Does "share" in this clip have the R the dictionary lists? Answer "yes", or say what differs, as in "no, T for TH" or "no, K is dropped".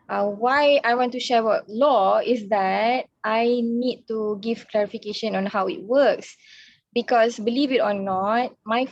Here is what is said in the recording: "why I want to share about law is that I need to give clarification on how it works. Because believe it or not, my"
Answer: no, W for R